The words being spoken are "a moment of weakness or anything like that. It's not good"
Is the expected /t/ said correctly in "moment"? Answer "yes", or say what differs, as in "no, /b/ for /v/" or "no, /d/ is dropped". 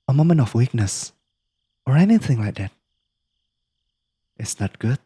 no, /t/ is dropped